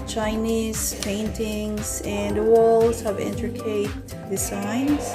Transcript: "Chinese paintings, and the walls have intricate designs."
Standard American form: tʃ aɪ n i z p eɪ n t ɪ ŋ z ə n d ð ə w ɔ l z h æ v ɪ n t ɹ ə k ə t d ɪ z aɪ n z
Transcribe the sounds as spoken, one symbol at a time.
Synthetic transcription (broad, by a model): tʃ aɪ n i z p eɪ n t ɪ ŋ z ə n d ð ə w ɔ l z h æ v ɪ n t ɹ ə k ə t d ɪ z aɪ n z